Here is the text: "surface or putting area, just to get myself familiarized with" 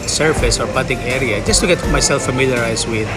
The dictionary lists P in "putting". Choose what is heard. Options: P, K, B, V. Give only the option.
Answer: B